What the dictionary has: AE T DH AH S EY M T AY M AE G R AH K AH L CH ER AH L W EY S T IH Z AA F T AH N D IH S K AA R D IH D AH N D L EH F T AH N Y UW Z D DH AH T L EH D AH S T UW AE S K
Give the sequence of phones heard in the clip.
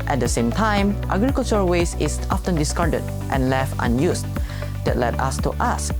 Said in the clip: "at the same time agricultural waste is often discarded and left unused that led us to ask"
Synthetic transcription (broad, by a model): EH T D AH S EY M T AY M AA G R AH K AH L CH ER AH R W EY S IH S AA F T AH N D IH S K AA R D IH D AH N L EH F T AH N Y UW S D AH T L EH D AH S T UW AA S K